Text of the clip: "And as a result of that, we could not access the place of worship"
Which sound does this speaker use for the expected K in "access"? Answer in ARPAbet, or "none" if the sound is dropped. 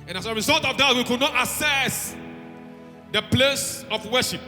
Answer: none